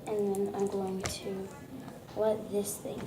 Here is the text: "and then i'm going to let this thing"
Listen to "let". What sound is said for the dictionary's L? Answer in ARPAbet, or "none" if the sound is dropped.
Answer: W